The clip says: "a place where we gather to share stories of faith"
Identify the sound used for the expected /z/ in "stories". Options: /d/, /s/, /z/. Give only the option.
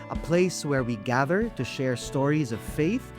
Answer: /z/